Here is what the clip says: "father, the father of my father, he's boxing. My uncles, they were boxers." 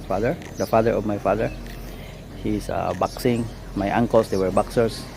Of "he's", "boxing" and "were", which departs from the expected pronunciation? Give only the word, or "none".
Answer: he's